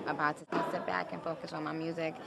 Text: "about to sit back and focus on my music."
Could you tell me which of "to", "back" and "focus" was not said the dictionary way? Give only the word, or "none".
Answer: to